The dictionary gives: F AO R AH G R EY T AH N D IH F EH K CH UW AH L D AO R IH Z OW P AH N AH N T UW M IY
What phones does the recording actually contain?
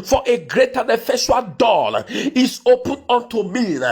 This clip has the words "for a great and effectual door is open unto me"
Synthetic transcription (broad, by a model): F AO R AH G R EY T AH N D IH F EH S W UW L D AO L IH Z OW P AH N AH N T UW M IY